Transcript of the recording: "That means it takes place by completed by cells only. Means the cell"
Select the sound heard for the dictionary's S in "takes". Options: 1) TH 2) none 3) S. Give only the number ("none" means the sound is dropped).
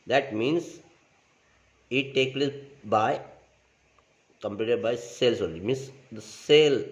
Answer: 2